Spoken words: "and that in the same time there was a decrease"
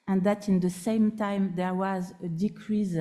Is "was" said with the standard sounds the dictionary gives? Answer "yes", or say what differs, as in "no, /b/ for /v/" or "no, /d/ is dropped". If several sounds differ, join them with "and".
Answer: yes